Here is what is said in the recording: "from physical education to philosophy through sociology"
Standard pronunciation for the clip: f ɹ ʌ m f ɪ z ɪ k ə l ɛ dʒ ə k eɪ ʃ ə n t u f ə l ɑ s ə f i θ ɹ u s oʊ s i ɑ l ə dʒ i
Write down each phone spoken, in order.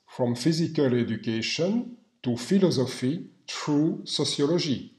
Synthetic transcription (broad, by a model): f ɹ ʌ m f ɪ z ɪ k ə l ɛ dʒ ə k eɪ ʃ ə n t u f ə l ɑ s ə f i t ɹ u s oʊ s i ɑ l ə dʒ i